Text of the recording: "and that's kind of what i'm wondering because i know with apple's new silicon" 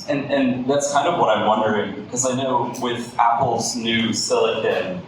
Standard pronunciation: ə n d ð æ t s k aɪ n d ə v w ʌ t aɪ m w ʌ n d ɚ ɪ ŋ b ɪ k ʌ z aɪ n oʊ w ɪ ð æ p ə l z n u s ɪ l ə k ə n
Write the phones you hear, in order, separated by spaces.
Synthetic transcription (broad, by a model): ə n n ð æ t s k aɪ n d ə v w ʌ t aɪ m w ʌ n d ɚ ɪ ŋ b ɪ k ʌ z aɪ n oʊ w ɪ ð æ p l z n u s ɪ l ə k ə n